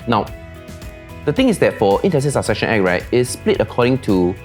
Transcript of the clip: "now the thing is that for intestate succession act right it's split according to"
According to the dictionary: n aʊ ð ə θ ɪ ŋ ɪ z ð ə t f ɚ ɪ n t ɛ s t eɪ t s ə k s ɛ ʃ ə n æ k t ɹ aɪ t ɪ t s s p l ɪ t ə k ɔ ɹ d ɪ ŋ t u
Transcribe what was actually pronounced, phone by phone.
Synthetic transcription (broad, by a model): n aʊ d ə t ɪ ŋ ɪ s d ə t f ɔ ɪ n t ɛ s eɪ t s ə s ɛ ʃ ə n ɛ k ɹ aɪ t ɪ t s s p l ɪ t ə k ɔ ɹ d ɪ ŋ t u